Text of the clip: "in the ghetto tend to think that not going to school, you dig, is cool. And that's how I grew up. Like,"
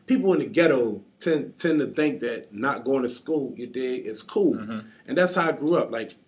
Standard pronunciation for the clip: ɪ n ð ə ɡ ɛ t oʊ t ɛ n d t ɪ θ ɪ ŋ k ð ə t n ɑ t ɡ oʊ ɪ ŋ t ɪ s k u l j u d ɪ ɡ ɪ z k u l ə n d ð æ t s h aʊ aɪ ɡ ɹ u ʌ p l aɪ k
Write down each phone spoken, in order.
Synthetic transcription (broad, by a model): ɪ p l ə ɡ ɛ t oʊ t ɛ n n t ɪ θ ɪ ŋ k ð ə t n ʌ t ɡ oʊ ɪ ŋ t ɪ s k u l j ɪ d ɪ ɪ s k u l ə n ð æ t s h aʊ aɪ ɡ ɹ u ʌ p l aɪ k